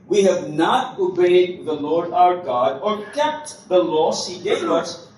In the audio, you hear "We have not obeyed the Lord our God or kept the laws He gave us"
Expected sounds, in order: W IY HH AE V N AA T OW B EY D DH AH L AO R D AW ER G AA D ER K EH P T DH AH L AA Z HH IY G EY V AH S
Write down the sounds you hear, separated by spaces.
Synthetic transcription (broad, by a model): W IY HH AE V N AA T OW B EY D DH AH L AO R D AW ER G AA D ER K EH P T DH AH L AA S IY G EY AH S